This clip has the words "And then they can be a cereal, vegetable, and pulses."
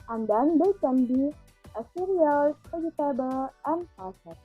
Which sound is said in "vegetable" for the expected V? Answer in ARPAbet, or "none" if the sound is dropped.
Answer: P